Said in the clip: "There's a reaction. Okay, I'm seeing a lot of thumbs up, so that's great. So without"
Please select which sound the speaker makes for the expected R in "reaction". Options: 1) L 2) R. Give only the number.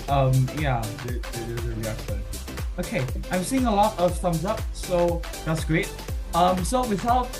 1